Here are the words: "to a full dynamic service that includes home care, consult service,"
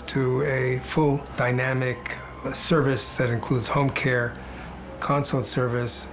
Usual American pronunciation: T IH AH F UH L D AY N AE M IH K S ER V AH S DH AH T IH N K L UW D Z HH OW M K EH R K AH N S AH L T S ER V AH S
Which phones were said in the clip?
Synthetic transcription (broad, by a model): T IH AH F UH L D AY N AE M IH K S ER V AH S DH AH T IH N K L UW D Z HH OW M K EH R K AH N S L T S ER V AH S